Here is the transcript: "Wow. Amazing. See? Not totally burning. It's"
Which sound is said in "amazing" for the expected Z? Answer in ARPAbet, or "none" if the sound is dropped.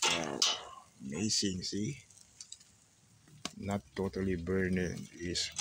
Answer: S